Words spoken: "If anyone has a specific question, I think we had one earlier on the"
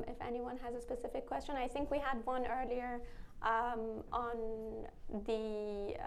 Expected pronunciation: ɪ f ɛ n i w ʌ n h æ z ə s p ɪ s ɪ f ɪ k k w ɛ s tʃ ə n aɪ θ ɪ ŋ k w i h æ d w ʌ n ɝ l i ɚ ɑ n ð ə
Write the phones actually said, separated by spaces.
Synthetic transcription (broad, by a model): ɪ f ɛ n i w ʌ n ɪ z ə s p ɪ s ɪ f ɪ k k w ɛ s tʃ ə n aɪ θ ɪ ŋ k w i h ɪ d w ʌ n ɝ l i ɚ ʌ n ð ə